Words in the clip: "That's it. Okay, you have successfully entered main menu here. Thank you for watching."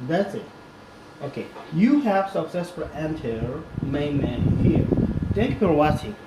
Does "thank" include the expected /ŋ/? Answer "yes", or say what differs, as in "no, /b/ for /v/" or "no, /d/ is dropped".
no, /ŋ/ is dropped